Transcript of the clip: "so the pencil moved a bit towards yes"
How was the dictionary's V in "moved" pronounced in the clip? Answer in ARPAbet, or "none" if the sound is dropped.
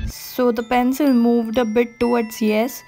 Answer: V